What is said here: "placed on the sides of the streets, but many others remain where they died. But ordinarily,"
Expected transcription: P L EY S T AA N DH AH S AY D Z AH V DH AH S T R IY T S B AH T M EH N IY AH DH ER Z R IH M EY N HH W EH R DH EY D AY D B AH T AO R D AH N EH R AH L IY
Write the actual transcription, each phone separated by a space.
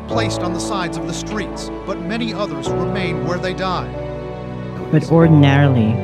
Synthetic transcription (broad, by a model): P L EY S T N DH AH S AY D Z AH V DH AH S T R IY T S B AH T M EH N IY AH DH ER Z R IH M EY N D W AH R DH EY D AY D B AH T AO R D N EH R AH L IY